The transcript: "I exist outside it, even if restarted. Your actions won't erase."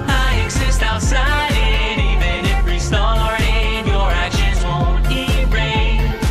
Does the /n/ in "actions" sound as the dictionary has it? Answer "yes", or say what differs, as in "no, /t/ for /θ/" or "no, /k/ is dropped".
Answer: no, /n/ is dropped